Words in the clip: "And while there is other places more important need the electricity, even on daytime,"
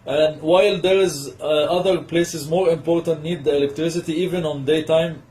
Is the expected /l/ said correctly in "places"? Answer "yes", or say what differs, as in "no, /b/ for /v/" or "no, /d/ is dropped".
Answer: yes